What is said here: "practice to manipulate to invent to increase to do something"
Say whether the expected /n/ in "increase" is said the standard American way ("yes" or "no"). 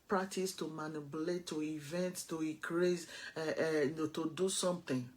no